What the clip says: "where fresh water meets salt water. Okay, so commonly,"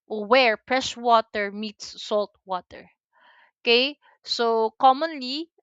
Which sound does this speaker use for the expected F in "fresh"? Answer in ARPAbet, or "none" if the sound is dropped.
P